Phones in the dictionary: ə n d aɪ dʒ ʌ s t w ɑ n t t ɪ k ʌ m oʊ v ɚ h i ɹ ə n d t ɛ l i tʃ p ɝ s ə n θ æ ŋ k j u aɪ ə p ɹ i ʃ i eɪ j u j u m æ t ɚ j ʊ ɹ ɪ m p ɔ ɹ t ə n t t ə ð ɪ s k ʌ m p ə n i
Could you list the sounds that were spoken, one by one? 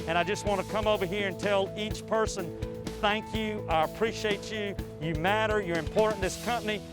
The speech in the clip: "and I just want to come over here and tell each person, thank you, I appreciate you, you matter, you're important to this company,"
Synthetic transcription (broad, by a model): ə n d aɪ dʒ ʌ s t w ɑ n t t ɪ k ʌ m oʊ v ɚ h i ɹ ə n t ɛ l i tʃ p ɝ s ə n θ æ ŋ k j u aɪ ə p ɹ i ʃ i eɪ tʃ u j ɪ m æ t ɚ j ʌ ɹ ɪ m p ɔ ɹ t n ð ɪ s k ʌ m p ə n i